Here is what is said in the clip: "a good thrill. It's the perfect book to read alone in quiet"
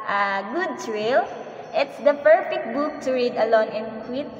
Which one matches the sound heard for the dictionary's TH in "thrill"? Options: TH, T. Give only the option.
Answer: T